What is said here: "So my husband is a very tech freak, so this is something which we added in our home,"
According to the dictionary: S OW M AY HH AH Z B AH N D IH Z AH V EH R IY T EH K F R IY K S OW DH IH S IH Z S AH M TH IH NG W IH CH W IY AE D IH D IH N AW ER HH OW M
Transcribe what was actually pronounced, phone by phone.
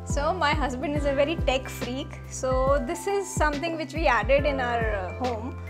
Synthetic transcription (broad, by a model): S OW M AY HH AH Z B AH N D IH Z AH V EH R IY T EH K F R IY K S OW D IH S IH Z S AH M T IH NG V IH CH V IY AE D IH D IH N AW ER HH OW M